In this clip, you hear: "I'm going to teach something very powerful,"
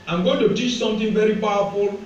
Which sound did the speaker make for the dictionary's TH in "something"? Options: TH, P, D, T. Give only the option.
T